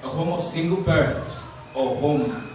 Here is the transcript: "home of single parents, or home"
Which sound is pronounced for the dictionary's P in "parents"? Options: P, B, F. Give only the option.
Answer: B